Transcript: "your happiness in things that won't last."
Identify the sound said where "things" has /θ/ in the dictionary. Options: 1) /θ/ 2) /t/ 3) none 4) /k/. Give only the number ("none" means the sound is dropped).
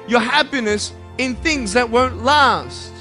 1